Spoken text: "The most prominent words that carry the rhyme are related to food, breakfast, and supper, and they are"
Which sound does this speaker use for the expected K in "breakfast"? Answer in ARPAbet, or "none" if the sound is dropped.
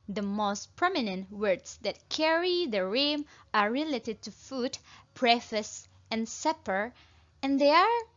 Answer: none